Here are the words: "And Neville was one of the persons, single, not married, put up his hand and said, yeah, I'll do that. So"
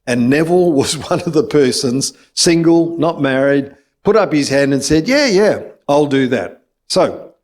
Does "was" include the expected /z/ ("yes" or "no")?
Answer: yes